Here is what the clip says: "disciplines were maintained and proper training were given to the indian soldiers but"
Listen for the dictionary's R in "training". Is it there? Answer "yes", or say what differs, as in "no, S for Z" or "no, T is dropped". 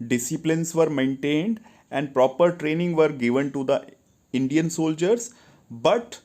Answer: yes